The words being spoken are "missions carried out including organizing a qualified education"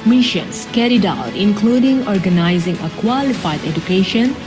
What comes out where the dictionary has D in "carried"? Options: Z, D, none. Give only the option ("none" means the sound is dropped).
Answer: D